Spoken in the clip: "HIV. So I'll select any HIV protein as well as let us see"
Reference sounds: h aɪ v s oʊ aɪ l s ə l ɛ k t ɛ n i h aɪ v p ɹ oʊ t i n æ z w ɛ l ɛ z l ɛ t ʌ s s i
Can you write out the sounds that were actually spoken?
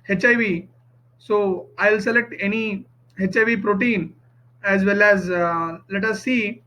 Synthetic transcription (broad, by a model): h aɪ v s oʊ aɪ l s ə l ɛ k t ɛ n i h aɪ v p ɹ oʊ t i n æ z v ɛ l ɛ z l ɛ t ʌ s s i